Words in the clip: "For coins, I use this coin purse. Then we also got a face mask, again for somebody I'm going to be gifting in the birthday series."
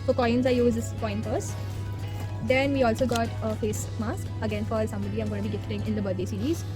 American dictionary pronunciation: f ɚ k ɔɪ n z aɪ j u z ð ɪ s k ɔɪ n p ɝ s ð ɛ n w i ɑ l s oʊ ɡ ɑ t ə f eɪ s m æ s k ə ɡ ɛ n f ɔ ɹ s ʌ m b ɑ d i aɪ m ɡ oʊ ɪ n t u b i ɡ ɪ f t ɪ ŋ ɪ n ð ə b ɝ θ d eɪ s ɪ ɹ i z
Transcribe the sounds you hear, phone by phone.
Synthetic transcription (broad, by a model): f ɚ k ɔɪ n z aɪ j u z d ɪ s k ɔɪ n f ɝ s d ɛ n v i ɑ l s oʊ ɡ ɑ t ə f eɪ s m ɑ s k ə ɡ ɛ n f ɔ ɹ s ʌ m b ɑ d i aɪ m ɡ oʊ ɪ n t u b i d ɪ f t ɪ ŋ ɪ n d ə b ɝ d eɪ s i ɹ i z